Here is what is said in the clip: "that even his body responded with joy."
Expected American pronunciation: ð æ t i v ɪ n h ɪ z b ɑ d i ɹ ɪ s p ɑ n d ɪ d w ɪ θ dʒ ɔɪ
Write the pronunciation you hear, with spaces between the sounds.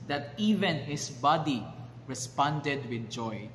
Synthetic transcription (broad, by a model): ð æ t i v ɪ n h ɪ s b ɑ d i ɹ ɪ s p ɑ n d ɪ d w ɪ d dʒ ɔɪ